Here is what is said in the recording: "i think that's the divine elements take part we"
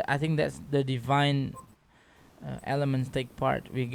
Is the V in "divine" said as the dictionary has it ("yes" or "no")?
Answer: yes